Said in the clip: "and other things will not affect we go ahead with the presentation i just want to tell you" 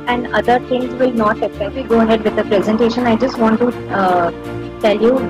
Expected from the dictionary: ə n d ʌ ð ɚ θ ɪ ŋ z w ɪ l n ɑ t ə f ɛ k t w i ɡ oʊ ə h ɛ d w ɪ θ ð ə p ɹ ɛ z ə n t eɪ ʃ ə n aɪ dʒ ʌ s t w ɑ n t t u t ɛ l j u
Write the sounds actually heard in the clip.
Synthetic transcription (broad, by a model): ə n d ʌ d ɚ t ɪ ŋ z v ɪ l n ɑ t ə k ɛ t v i ɡ oʊ ə h ɛ d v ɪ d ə p ɹ ɛ z ə n t eɪ ʃ ə n aɪ dʒ ʌ s t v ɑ n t t u t ɛ l j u